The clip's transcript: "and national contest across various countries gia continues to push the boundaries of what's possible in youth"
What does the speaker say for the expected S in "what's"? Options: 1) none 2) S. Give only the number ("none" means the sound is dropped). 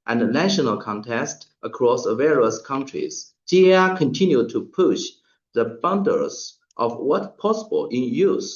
1